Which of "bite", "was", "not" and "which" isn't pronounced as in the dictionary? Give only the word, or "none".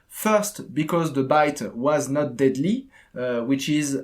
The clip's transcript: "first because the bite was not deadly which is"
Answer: none